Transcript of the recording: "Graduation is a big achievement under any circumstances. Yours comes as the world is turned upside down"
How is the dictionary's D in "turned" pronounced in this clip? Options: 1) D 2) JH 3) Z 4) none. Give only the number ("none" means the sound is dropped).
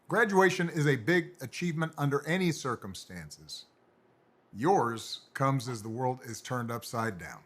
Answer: 1